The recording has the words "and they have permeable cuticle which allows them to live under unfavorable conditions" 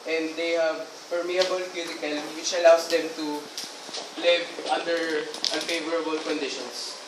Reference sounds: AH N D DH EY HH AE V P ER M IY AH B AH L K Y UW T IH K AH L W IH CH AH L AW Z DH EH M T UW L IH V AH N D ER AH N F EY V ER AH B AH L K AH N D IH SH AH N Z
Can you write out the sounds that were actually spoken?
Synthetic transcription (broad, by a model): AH N D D EY HH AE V P ER M IY AH B AH L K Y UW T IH K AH L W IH CH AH L AW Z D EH M T UW L IH V AH N D ER AH N F EY V ER AH B AH L K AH N D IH SH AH N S